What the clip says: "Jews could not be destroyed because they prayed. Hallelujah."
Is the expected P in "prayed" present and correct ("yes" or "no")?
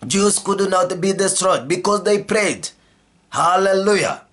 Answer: yes